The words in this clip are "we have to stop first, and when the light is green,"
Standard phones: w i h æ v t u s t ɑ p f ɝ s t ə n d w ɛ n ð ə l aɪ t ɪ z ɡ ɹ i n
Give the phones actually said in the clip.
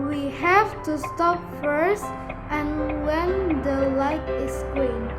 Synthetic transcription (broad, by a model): w i h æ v t u s t ɑ p f ɝ s t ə n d w ɛ n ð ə l aɪ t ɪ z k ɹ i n